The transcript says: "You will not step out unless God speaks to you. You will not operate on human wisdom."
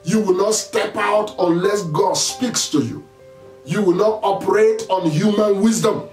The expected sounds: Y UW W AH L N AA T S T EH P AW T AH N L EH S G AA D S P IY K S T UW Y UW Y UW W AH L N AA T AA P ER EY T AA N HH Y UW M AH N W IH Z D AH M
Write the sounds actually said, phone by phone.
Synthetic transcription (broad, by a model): Y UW W AH L N AA T S T EH P AW T AH N L EH S G AA D S P IY K S T UW Y UW Y UW W AH L N AA T AA P ER EY T AA N HH Y UW M AH N W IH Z D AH M